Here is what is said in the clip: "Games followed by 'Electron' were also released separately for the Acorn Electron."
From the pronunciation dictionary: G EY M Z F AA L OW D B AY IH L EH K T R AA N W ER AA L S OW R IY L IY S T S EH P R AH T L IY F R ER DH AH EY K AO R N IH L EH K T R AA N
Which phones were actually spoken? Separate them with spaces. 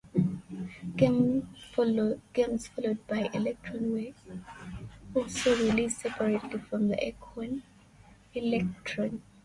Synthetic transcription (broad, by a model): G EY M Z F AA L OW D B AY IH L EH K T R AA N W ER AA L S OW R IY L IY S S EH P R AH T IY F R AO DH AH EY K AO N IH L EH K T R AA N